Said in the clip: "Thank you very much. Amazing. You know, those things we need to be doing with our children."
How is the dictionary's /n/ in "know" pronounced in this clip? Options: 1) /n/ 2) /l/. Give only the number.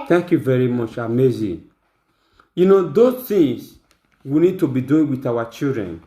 1